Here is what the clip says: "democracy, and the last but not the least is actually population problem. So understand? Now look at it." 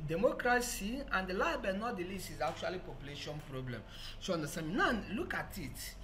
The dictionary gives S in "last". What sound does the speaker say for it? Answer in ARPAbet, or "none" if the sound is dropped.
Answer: none